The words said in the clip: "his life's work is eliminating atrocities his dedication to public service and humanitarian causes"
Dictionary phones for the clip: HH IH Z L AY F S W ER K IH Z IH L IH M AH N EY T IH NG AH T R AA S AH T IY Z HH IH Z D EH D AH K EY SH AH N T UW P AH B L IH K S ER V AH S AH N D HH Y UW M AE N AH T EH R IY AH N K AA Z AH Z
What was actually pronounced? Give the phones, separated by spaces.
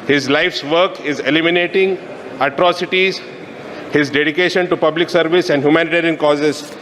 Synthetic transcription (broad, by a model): HH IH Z L AY F S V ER K IH Z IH L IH M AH N EY T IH NG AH T R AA S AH T IY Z HH IH Z D EH D AH K EY SH AH N T UW P AH B L IH K S ER V AH S AH N D HH Y UW M AE N AH T EH R IY AH N K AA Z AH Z